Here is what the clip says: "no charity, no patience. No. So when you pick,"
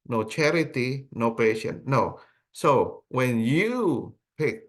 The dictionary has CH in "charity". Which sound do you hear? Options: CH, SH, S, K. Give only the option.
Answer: CH